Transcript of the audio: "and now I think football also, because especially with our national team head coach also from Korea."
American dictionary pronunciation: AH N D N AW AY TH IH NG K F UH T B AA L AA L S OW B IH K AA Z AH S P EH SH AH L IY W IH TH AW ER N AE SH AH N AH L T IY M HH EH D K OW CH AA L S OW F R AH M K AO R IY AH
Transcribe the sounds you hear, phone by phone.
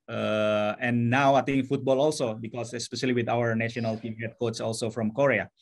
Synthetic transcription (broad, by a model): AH N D N AW AY T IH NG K F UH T B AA L AA L S OW B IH K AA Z AH S P EH SH AH L IY W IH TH AW ER N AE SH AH N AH L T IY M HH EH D K OW S AA L S OW F R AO M K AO R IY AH